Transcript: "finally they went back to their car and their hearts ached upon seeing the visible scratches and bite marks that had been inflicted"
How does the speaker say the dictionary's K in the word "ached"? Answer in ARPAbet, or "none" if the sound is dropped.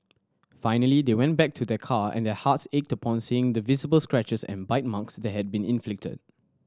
K